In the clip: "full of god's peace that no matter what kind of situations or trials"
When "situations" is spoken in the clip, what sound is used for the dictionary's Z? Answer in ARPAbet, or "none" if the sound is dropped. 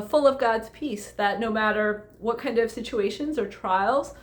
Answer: Z